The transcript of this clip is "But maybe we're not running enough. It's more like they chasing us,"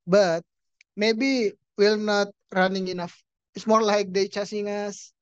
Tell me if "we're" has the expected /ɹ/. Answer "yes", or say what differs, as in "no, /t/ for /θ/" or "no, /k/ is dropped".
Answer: no, /l/ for /ɹ/